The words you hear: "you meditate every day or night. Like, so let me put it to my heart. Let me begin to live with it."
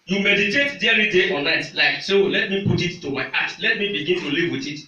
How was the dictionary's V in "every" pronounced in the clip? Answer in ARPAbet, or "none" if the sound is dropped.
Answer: none